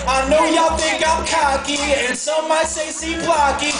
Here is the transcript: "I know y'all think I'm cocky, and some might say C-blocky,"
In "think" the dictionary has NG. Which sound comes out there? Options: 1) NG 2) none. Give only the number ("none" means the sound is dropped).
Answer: 2